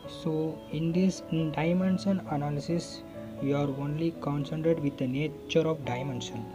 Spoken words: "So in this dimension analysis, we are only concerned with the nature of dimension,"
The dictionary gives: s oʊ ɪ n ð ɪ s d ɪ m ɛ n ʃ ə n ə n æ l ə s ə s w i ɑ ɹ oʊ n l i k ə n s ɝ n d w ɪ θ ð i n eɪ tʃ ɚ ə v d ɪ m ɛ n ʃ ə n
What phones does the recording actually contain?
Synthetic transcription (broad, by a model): s oʊ ɪ n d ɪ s d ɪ m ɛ n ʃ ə n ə n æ l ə s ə s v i ɑ ɹ oʊ n l i k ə n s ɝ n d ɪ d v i n eɪ tʃ ɚ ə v d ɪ m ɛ n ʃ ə n